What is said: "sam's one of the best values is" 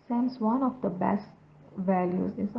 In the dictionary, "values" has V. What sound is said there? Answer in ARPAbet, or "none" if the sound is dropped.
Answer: V